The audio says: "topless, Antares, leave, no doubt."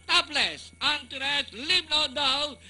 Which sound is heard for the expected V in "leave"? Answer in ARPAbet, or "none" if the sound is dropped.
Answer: B